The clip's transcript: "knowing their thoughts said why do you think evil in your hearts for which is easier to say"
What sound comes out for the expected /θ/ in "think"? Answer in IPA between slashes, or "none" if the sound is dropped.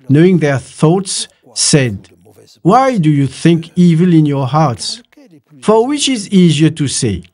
/θ/